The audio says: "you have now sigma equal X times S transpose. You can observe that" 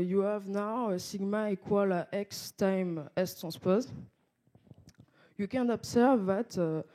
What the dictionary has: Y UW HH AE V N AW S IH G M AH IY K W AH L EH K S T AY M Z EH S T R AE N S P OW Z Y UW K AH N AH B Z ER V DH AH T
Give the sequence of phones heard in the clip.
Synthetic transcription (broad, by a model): Y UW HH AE V N AW S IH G M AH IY K W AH L EH K S T AY M EH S T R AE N S P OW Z Y UW K AH N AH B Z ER V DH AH T